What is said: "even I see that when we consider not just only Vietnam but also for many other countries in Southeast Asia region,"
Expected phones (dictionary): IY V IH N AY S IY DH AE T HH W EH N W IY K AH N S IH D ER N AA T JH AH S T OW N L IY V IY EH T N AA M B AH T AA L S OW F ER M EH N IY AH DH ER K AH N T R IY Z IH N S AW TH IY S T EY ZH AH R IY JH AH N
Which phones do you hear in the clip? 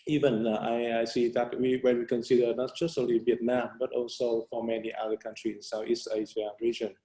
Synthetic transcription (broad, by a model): IY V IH N AY S IY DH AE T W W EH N W IY K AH N S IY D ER N AA T JH AH S T OW N L IY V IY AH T N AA M B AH T AA L S OW F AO M EH N IY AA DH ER K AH N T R IY IH N S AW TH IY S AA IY S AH R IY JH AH N